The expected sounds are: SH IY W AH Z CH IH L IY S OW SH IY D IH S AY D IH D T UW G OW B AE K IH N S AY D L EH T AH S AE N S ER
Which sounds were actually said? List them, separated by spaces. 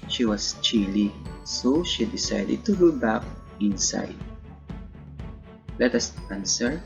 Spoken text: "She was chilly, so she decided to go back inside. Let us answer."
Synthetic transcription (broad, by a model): SH IY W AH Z CH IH L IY S OW SH IY D IH S AY D IH D T UW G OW B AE K IH N S AY D L EH T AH S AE N S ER